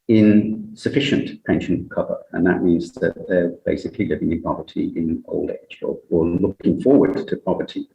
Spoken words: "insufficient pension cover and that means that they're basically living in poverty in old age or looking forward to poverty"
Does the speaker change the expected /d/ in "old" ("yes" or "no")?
no